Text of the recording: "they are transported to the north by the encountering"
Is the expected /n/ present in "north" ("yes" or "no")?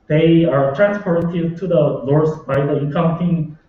no